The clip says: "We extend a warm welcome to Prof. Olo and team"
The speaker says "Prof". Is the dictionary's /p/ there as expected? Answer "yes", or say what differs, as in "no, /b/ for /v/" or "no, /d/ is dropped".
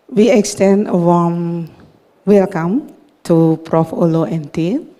yes